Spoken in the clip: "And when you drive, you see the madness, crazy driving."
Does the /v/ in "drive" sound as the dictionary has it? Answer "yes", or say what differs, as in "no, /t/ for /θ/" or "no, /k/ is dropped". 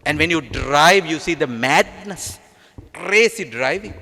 yes